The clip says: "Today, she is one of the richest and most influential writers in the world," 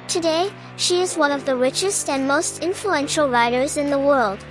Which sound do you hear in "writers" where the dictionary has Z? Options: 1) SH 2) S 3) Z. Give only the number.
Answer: 3